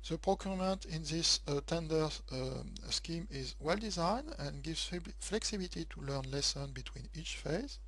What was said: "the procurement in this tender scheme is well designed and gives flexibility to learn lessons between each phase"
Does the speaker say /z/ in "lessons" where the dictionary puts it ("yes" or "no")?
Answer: no